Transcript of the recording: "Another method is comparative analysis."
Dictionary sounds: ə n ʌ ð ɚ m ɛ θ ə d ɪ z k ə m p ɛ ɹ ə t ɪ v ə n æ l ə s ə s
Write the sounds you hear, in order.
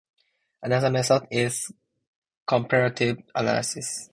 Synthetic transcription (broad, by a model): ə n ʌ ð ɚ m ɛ s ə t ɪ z k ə m p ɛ ɹ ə t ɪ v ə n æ l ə s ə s